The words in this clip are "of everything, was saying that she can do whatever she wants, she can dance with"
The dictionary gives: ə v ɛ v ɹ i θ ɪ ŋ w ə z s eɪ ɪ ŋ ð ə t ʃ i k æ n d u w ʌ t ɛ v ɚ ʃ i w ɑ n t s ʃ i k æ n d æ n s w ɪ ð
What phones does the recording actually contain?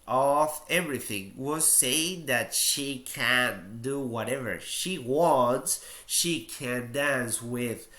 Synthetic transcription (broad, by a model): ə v ɛ v ɹ i θ ɪ ŋ w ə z s eɪ ɪ ŋ ð ə t ʃ i k æ n d u w ʌ t ɛ v ɚ ʃ i w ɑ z ʃ i k æ n d æ n s w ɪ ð